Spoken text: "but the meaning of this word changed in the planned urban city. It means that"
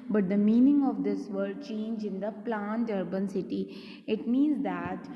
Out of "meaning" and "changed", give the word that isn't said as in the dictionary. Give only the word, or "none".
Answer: changed